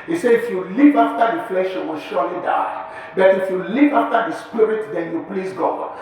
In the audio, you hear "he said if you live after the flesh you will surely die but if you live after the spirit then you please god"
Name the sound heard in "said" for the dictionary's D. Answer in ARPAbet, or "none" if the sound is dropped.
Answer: none